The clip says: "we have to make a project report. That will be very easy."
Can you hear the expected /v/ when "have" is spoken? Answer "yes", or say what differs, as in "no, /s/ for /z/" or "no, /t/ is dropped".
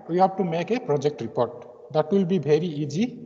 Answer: no, /b/ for /v/